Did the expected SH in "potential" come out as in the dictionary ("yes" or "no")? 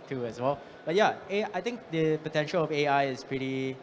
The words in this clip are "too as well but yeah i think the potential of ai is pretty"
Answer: yes